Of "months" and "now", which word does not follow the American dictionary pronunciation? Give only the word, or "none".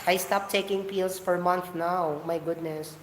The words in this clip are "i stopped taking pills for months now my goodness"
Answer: months